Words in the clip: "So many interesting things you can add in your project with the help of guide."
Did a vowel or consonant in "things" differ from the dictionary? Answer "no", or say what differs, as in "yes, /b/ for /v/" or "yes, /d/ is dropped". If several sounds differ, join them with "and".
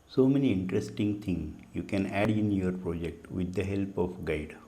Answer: yes, /t/ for /θ/ and /z/ is dropped